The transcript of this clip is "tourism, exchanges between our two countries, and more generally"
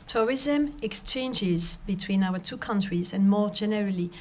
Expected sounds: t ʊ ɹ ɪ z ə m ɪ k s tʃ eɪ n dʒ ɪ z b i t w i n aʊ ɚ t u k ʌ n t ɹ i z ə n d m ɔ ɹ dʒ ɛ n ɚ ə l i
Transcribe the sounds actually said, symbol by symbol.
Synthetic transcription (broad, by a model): t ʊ ɹ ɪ z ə m ɪ k s tʃ eɪ n dʒ ɪ z b i t w i n aʊ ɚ t u k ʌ n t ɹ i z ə n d m ɔ ɹ dʒ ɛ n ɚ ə l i